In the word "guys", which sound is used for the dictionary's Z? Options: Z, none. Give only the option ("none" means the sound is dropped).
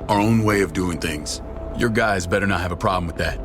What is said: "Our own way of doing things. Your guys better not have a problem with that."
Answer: Z